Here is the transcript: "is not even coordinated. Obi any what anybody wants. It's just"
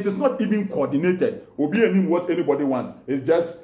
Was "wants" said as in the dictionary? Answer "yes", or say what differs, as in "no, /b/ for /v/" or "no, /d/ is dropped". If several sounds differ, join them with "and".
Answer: yes